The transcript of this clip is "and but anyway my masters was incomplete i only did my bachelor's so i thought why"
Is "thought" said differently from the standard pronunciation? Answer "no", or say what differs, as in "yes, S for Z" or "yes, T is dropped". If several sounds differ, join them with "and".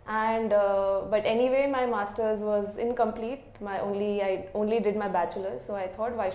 yes, T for TH